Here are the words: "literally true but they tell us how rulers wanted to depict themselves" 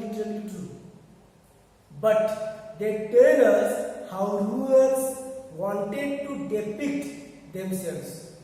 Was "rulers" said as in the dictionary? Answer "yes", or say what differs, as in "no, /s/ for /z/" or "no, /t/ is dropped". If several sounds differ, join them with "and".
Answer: no, /l/ is dropped